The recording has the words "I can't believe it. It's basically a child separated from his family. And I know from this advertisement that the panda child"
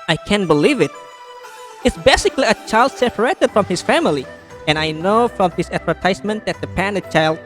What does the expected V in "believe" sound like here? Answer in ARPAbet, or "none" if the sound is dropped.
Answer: V